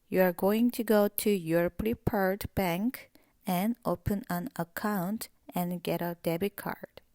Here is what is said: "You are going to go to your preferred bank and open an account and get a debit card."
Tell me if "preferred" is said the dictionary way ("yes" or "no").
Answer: no